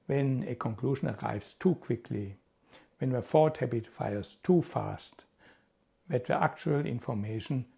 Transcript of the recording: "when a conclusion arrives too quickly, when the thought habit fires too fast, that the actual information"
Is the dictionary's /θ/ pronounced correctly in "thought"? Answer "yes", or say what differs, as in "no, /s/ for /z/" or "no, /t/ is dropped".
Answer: no, /f/ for /θ/